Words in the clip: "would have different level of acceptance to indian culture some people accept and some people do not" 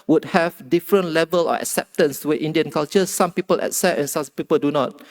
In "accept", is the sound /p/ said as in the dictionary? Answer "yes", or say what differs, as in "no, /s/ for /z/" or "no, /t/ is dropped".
no, /p/ is dropped